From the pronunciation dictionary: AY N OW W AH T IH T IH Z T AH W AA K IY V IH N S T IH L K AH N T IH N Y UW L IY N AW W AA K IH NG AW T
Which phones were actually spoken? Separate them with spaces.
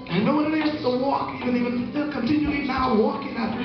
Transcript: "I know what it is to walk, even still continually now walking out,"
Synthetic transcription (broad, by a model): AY N OW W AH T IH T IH S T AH W AA K IY V IH N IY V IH N K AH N T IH N Y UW IY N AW W AA K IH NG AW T